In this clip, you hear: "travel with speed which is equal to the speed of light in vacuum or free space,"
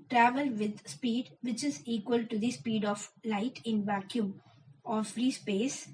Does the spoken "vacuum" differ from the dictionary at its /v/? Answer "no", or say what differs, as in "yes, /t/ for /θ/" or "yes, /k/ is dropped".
no